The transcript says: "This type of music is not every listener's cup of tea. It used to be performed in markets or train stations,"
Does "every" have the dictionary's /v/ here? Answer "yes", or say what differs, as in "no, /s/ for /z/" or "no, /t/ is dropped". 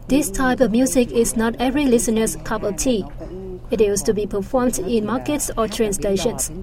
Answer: yes